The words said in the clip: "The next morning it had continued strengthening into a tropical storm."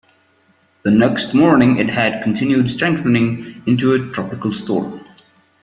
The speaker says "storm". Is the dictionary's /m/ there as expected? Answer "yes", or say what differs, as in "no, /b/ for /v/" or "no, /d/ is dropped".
no, /m/ is dropped